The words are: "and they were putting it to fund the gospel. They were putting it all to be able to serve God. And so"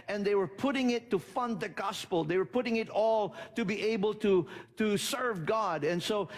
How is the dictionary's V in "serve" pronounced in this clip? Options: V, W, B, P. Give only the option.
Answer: V